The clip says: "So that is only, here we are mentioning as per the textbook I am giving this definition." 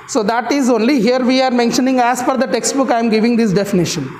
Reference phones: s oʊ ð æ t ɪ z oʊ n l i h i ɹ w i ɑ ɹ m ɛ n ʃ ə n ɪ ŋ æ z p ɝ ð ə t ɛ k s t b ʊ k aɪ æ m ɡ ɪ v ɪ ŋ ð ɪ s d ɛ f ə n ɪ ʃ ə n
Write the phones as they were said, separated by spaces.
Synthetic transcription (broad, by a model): s oʊ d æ t ɪ z oʊ n l i h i ɹ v i ɑ ɹ m ɛ n ʃ ə n ɪ ŋ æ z f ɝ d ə t ɛ k s t b ʊ k aɪ m ɡ ɪ v ɪ ŋ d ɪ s d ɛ f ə n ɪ ʃ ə n